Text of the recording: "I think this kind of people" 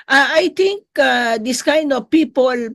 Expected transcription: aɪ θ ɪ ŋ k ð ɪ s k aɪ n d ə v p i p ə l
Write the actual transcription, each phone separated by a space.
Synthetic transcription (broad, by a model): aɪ t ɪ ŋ k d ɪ s k aɪ n d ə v p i p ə l